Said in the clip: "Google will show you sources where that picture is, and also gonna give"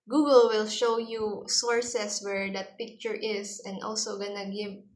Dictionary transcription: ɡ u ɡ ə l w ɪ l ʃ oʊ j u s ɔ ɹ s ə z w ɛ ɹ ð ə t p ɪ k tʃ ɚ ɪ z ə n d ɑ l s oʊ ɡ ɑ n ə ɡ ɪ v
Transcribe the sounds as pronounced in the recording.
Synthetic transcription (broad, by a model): ɡ u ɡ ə l w ɪ l ʃ oʊ j u s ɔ ɹ s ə s w ɛ ɹ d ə t p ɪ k tʃ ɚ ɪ s ə n d ɑ l s oʊ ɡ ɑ n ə ɡ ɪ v